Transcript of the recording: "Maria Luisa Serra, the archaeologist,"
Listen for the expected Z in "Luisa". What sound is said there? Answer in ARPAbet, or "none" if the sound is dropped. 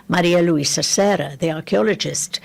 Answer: S